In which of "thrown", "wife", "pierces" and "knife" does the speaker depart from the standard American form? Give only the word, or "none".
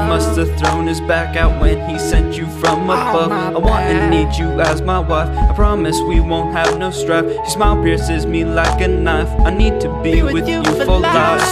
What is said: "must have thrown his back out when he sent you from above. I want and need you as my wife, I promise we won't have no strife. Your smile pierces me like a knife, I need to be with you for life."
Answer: none